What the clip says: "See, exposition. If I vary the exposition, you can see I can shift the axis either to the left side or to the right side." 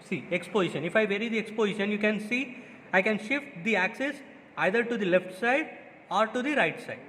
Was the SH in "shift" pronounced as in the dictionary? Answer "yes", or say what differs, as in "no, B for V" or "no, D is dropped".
yes